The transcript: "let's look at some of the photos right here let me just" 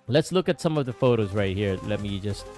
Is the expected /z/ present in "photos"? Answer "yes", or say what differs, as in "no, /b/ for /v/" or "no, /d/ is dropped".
yes